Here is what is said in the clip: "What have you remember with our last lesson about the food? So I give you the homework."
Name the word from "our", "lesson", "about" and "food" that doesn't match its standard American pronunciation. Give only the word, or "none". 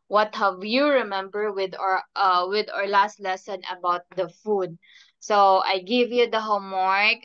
none